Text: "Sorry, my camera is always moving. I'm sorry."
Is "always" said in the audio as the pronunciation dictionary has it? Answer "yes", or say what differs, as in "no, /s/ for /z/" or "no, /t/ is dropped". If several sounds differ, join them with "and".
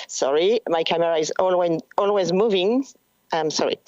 yes